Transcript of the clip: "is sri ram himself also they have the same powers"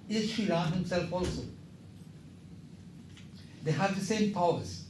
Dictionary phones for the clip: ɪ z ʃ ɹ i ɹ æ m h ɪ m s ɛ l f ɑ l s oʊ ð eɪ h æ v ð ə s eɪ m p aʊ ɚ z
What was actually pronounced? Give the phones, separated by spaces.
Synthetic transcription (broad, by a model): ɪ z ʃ i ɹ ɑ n h ɪ m s ɛ l f ɑ l s oʊ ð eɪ h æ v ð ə s eɪ m p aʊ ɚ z